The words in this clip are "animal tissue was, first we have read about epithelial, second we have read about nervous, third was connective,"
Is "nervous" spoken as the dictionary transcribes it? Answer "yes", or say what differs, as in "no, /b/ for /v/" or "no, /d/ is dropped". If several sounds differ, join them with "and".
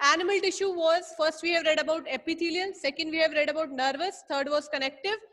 yes